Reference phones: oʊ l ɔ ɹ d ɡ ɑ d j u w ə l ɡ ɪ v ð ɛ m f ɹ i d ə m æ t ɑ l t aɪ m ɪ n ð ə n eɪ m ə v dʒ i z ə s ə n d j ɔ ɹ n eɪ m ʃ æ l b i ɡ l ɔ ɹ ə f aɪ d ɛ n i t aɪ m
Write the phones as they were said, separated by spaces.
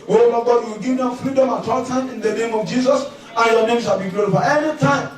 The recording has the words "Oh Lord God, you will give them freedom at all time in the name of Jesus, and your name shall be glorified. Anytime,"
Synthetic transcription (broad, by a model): oʊ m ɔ ɡ ɑ d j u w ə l ɡ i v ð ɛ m f ɹ i d ə m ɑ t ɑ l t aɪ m ɪ n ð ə n eɪ m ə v dʒ i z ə s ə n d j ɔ n eɪ m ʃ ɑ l b i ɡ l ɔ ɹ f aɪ ɛ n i t aɪ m